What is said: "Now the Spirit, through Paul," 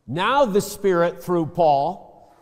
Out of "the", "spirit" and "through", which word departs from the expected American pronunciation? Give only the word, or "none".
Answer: none